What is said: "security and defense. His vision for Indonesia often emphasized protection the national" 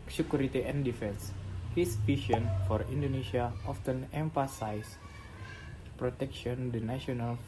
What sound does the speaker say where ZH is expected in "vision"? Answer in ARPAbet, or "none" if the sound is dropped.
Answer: SH